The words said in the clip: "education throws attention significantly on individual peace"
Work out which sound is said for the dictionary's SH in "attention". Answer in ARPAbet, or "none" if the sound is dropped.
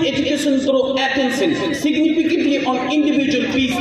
S